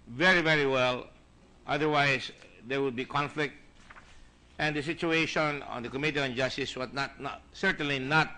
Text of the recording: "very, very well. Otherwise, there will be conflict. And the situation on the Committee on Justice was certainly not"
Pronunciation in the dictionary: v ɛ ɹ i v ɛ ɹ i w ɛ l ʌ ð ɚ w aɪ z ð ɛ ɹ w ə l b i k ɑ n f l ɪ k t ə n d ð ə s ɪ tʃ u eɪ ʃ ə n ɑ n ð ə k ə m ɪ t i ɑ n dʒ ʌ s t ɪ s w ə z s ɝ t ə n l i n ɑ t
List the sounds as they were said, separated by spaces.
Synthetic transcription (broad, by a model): v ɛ ɹ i v ɛ ɹ i w ɛ l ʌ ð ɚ w aɪ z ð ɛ ɹ w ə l b i k ɑ n f l ɪ k t ə n d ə s ɪ tʃ u eɪ ʃ ə n ɑ n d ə k ə m ɪ t i ɑ n dʒ ʌ s t ɪ s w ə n s ɝ t ə n l i n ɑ t